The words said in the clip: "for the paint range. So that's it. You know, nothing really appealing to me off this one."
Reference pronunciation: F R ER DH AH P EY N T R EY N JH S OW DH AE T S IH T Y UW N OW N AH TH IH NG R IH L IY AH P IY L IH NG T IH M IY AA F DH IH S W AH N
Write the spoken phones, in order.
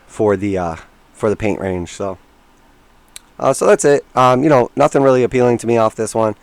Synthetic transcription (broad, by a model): F R ER DH AH P EY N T R EY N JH S OW DH AE T S IH T Y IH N OW N AH TH IH NG R IH L IY AH P IY L IH NG T IH M IY AA F DH IH S W AH N